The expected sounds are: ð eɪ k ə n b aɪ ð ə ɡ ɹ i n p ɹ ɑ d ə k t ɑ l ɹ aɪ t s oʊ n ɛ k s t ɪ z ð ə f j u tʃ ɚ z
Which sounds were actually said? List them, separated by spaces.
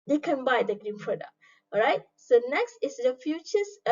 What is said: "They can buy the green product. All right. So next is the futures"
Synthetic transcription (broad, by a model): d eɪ k ə n b aɪ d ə ɡ ɹ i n p ɹ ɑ d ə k ɑ ɹ aɪ t s oʊ n ɛ k s t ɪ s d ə f j u tʃ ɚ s